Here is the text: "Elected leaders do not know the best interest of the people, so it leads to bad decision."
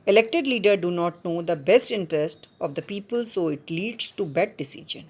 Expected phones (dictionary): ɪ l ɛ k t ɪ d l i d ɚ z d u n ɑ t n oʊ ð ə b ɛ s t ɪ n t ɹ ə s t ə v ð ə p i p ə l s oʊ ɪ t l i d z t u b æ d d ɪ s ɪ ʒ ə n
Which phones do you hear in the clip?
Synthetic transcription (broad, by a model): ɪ l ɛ k t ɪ d l i d ɚ d u n ɑ t n oʊ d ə b ɛ s t ɪ n t ɹ ə s t ə v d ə p i p ə l s oʊ ɪ t l i d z t u b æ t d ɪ s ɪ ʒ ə n